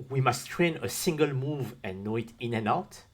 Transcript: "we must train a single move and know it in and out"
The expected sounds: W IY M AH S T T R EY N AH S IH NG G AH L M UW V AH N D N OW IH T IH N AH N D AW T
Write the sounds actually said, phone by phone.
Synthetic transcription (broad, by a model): W IY M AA S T T R EY N AH S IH NG G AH L M UW V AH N N OW IH T IH N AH N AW T